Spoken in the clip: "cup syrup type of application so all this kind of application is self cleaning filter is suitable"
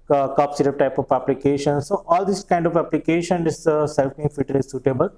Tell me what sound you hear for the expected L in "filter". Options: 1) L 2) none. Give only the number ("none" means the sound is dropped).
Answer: 2